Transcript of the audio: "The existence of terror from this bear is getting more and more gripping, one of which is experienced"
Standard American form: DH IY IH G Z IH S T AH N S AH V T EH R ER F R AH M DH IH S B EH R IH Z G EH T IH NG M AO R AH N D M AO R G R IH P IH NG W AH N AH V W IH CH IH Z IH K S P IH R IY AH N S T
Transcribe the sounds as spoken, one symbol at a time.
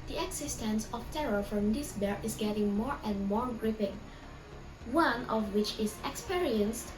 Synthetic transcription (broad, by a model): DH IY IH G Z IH S T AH N S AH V T EH R ER F R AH M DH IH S B EH R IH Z G EH T IH NG M AO R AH N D M AO R G R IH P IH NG W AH N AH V W IH CH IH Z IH K S P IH R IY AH N S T